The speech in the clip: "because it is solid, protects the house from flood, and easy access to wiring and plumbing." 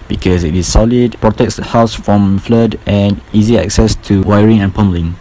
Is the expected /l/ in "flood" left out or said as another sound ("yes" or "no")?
no